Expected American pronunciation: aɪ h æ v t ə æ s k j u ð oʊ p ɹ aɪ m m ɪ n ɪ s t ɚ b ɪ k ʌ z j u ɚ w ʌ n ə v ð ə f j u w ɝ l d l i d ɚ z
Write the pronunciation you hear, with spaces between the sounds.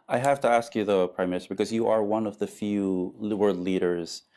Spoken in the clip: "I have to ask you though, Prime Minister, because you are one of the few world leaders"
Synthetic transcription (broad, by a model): aɪ h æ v t ə æ s k j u ð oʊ p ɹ aɪ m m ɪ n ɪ s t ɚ b ɪ k ʌ z j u ɚ w ʌ n ə v ð ə f j u w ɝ d l i d ɚ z